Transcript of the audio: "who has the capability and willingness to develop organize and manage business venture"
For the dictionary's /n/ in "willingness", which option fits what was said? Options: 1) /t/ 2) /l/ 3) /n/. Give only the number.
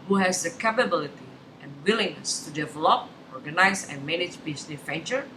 3